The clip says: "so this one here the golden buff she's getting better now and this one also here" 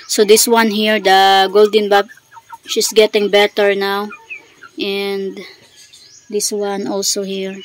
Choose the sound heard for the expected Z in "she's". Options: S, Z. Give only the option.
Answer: S